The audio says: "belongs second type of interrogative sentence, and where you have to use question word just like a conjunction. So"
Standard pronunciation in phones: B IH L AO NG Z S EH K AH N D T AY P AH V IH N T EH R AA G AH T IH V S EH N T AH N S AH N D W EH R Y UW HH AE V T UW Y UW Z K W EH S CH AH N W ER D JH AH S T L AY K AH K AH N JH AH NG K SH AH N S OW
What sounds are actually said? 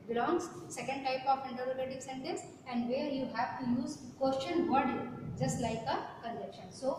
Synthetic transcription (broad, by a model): B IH L AO NG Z S EH K AH N D T AY P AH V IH N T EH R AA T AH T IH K S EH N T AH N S AH N D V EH R Y UW HH AE V T UW Y UW Z K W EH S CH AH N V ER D JH AH S T L AY K AH K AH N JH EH K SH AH N S OW